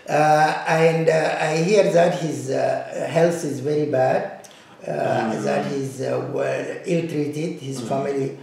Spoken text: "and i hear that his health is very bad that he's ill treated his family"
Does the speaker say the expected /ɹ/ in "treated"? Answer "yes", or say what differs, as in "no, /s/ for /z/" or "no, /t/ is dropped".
yes